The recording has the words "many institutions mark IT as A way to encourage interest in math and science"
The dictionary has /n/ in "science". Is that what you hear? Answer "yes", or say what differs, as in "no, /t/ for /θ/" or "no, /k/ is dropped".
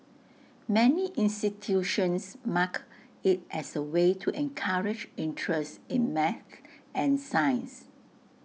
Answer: yes